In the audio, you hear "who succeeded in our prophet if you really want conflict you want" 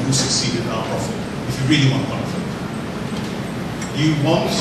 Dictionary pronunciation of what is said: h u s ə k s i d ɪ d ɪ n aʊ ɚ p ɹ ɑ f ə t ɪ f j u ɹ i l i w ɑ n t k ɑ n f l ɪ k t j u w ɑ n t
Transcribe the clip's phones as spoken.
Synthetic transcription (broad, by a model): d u s ə k s i d ɪ d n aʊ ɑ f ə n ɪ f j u ɹ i l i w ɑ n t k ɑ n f ɪ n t j u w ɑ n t